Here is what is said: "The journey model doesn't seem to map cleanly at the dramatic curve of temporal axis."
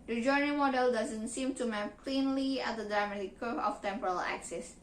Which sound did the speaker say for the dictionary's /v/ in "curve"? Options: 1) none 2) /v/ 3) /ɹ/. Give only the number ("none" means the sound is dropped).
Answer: 1